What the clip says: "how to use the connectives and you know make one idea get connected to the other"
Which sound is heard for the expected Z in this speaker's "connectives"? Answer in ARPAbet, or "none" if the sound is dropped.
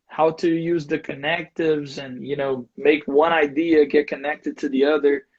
Z